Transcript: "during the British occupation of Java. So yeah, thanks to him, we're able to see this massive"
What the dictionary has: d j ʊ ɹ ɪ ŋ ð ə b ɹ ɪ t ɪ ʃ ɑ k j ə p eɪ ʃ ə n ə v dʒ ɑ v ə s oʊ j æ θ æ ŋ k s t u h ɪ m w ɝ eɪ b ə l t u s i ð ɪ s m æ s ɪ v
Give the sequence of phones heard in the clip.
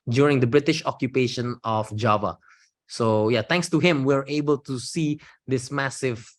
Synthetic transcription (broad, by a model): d j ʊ ɹ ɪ ŋ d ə b ɹ ɪ t ɪ ʃ ɑ k j ə p eɪ ʃ ə n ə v dʒ ɑ v ə s oʊ j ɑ t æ ŋ k s t u h ɪ m w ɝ eɪ b ə l t u s i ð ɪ s m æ s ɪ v